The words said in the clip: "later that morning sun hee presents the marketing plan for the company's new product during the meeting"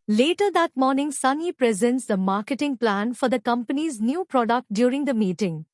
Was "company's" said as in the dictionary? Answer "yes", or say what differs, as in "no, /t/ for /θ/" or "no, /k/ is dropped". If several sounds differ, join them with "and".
yes